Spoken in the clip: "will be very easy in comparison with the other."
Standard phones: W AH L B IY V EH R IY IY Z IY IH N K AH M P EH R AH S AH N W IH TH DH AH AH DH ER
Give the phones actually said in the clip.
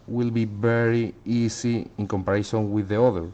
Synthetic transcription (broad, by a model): W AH L B IY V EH R IY IY S IY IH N K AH M P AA R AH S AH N W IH DH AH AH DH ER